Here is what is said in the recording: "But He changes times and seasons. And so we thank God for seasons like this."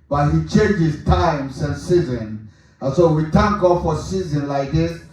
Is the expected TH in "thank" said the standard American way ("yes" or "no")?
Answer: no